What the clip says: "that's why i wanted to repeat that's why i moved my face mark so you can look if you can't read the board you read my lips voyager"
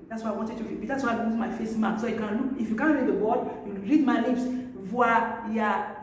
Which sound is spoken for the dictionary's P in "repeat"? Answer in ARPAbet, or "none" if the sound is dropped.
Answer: B